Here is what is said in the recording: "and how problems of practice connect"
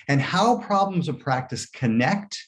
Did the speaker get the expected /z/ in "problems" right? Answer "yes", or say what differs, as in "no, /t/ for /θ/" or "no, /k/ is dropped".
yes